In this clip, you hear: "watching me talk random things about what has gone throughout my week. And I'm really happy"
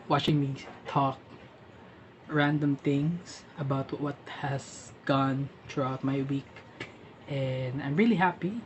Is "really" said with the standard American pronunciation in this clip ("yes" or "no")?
yes